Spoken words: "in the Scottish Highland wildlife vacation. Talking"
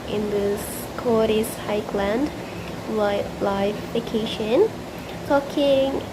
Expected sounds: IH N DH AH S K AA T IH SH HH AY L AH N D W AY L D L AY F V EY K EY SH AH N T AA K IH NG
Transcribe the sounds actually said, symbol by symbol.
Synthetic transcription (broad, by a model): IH N DH AH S K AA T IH S HH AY L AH N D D L AY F F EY K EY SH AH N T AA K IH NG